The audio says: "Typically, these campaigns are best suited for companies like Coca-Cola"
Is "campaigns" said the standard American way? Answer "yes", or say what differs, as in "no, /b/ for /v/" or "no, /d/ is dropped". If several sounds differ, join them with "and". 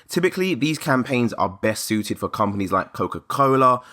yes